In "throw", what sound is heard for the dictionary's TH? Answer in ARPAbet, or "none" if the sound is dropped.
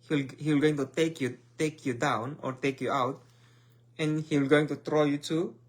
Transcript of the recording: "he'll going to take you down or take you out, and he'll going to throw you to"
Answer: T